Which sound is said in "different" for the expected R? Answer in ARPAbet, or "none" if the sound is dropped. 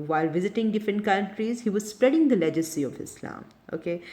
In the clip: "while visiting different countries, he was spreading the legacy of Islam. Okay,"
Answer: none